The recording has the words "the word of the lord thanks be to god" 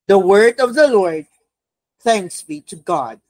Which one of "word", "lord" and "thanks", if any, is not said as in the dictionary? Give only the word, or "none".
none